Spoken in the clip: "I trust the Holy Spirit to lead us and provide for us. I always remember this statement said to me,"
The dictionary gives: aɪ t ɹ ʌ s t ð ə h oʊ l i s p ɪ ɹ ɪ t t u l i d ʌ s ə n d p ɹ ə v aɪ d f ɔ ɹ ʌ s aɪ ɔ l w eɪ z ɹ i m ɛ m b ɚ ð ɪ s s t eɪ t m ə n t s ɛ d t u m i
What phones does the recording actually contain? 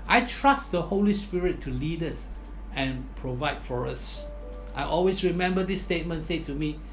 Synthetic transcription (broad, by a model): aɪ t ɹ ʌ s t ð ə h oʊ l i s p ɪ ɹ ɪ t t u l i d ʌ s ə n p ɹ ə v aɪ d f ɔ ɹ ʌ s aɪ ɔ l w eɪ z ɹ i m ɛ m b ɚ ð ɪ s s t eɪ t m ə n t s ɛ t u m i